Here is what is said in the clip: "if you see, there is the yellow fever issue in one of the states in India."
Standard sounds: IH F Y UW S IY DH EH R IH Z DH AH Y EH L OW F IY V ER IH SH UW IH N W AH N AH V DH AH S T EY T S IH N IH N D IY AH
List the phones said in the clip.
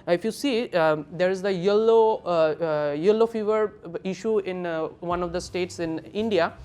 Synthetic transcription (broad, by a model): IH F Y UW S IY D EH R IH Z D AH Y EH L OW F IY V ER IH SH UW IH N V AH N AH V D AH S T EY T S IH N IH N D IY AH